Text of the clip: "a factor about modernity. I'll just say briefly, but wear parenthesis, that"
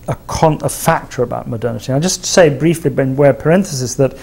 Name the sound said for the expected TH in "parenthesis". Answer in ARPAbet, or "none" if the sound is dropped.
TH